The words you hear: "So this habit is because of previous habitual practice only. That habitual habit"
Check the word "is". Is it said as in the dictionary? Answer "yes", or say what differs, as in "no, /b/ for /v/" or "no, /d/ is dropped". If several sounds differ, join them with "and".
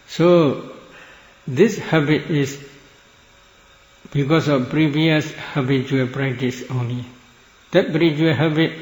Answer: no, /s/ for /z/